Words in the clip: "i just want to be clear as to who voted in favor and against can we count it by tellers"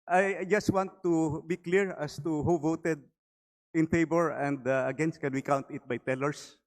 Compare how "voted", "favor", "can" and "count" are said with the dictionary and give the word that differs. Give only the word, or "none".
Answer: favor